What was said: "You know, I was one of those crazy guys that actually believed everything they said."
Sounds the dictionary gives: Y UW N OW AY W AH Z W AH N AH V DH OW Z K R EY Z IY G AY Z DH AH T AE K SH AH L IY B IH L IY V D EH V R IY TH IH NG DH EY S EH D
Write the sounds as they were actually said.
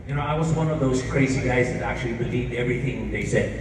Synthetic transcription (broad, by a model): Y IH N OW AY W AH Z W AH N AH V DH OW Z K R EY Z IY G AY Z DH AH T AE K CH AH L IY B IH L IY V D EH V R IY TH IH NG DH EY S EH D